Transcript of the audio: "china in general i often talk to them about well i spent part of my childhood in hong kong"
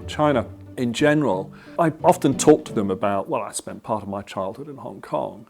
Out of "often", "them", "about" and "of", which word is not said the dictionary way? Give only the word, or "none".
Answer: none